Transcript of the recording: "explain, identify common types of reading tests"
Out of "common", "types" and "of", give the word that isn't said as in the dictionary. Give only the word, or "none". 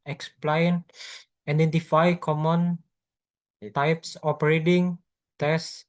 of